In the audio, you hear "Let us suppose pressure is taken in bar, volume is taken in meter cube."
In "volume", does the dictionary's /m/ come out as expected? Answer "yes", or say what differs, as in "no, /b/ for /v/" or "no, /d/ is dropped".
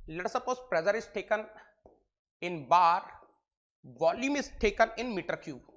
yes